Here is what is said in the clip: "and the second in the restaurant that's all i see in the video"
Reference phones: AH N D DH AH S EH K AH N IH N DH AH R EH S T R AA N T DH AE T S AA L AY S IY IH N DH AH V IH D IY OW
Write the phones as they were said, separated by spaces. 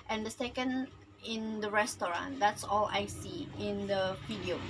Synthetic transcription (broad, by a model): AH N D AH S EH K AH N IH N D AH R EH S T R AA N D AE T S AA L AY S IY IH N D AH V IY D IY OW